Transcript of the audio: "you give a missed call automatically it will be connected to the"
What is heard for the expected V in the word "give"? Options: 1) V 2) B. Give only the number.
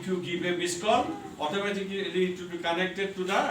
2